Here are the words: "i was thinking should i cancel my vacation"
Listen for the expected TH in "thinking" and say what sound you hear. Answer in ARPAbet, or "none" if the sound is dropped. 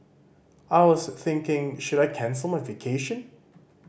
TH